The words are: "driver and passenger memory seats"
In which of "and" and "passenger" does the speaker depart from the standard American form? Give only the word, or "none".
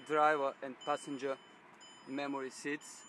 none